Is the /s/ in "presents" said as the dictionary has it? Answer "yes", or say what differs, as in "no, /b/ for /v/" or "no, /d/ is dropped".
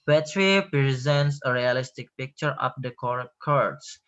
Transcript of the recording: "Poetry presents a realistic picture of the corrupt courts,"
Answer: yes